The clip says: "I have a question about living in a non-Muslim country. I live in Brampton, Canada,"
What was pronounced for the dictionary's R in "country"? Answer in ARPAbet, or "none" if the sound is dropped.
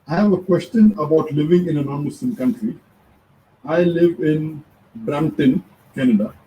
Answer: R